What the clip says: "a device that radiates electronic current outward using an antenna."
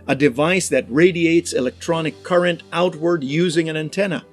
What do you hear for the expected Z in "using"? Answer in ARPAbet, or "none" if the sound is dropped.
Z